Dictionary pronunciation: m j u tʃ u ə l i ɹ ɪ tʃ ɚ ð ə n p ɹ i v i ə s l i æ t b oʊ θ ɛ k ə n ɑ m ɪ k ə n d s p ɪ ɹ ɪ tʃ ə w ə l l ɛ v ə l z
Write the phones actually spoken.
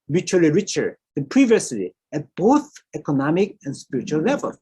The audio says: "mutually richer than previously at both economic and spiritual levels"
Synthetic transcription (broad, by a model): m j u tʃ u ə l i ɹ ɪ tʃ ɚ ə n p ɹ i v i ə s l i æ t b oʊ θ ɛ k ə n ɑ m ɪ k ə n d s p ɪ ɹ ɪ tʃ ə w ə l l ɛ v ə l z